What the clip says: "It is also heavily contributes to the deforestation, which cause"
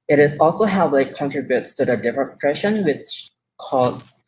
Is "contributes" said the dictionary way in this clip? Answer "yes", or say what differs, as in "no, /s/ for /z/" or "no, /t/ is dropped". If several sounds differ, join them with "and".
yes